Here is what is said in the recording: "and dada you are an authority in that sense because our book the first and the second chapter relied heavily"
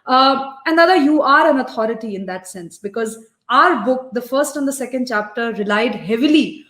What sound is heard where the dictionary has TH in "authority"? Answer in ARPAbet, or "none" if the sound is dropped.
T